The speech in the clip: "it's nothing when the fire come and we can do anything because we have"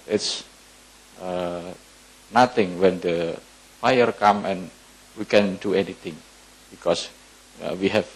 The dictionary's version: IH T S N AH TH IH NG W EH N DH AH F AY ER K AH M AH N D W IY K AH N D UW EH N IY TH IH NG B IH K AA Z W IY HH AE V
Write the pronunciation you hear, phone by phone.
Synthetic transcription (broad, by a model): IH T S N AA T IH NG W EH N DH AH F AY ER K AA M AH N W IY K AH N D UW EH N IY T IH NG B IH K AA S W IY HH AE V